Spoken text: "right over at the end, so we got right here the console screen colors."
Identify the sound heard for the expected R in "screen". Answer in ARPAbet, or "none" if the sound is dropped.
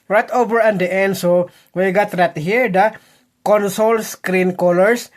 R